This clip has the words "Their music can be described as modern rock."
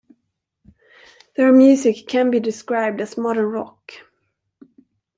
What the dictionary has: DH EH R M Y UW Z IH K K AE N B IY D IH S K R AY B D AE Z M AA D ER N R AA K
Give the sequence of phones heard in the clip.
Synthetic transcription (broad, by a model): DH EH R M Y UW S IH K K AE N B IY D IH S K R AY B D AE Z M AA D ER N R AA K